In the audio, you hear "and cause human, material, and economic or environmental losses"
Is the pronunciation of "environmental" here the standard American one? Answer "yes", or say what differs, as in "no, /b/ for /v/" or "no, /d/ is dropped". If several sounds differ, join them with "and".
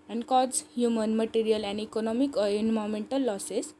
no, /v/ is dropped and /n/ is dropped